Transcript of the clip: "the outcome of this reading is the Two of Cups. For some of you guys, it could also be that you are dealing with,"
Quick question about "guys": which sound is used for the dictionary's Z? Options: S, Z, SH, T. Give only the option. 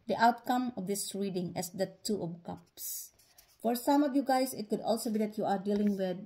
S